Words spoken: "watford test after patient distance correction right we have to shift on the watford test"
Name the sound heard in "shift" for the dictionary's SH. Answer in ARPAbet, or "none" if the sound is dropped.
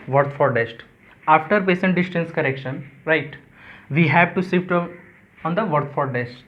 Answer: S